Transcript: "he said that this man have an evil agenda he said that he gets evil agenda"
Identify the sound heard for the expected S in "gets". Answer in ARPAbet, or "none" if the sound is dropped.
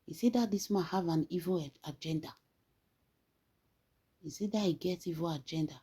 none